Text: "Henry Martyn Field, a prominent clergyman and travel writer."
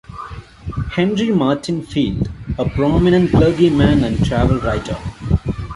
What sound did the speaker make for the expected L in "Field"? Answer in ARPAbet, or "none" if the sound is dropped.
L